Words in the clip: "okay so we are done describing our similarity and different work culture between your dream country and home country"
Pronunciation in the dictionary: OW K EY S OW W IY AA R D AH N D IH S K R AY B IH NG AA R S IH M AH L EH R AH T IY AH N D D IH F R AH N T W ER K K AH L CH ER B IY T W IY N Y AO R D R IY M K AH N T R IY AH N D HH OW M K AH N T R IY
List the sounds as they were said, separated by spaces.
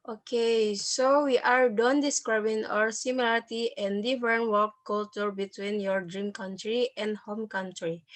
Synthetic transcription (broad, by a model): OW K EY S OW W IY AA R D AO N D IH S K R AY B IH NG AA R S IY M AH L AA R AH T IY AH N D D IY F R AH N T W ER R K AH L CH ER B IY T W IY N Y AO R D R IY M K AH N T R IY AH N D HH OW M K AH N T R IY